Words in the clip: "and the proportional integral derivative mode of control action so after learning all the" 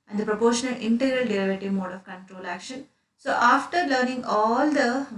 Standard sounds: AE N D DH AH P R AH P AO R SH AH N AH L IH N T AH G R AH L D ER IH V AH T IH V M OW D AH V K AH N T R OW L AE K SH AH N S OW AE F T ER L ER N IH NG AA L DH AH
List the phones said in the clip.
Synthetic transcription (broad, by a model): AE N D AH P R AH P AO R SH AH N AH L IH N T AH G R AH L D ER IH V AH T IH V M OW D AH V K AH N T R OW L AE K SH AH N S OW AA F T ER L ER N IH NG AA L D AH